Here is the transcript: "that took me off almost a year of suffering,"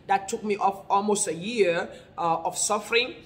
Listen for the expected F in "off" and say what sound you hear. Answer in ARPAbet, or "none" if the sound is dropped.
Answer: F